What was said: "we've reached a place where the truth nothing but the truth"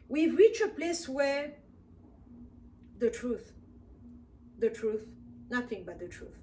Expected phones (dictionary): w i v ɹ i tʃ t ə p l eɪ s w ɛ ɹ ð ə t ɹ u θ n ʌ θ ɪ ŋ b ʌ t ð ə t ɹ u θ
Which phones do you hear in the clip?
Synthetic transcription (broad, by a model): w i v ɹ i tʃ ə p l eɪ s w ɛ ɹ ð ə t ɹ u θ n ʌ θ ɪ ŋ b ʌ t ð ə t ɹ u θ